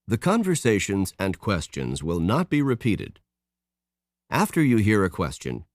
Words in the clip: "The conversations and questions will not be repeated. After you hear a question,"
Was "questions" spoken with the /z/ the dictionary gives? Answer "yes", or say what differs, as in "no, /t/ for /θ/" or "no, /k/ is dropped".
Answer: yes